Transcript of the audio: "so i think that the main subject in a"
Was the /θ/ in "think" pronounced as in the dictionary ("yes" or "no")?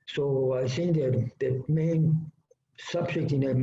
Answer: no